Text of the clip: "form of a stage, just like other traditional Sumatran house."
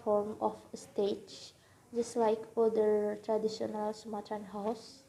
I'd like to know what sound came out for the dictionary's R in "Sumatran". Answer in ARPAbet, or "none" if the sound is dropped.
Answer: none